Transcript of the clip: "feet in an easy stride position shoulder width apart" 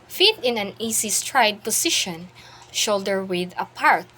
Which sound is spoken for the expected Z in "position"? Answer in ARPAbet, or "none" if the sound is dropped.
S